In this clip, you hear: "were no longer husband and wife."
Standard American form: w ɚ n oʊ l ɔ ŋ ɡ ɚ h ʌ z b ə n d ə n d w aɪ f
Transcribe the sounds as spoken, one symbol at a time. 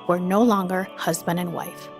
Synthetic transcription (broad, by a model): w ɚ n oʊ l ɔ ŋ ɡ ɚ h ʌ z b ə n d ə n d w aɪ f